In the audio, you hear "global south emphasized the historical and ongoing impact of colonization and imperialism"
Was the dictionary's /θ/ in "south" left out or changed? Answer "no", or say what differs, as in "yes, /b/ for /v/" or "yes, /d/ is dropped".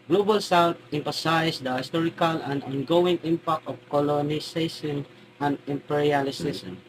yes, /t/ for /θ/